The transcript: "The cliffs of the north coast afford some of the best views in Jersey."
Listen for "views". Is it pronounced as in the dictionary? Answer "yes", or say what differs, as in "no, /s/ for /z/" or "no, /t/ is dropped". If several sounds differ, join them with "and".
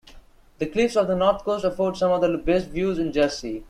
yes